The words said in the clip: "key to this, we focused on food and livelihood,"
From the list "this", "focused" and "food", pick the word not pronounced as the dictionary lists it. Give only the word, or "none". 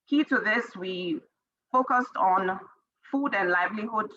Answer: none